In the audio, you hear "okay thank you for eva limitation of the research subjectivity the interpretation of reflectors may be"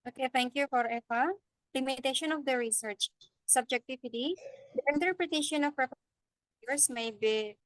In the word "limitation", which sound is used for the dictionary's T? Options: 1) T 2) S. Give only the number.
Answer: 1